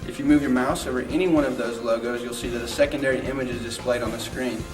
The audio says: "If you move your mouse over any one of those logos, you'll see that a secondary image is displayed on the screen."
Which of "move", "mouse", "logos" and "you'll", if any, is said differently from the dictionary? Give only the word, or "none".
none